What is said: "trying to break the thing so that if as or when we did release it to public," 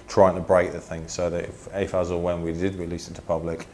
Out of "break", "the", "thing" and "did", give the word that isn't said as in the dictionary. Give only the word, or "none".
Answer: none